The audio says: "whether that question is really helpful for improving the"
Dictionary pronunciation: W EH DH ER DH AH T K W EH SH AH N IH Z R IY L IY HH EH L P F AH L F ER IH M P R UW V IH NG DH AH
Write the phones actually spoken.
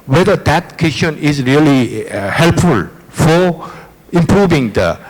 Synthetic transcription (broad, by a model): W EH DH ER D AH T K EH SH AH N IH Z R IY L IY HH EH L P F AH L F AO IH M P R UW V IH NG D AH